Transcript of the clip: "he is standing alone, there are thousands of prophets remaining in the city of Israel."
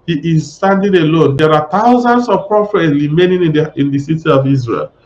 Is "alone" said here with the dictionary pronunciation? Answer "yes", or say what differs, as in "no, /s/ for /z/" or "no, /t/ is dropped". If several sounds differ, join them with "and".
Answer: yes